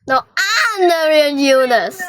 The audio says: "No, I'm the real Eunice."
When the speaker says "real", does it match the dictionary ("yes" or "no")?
no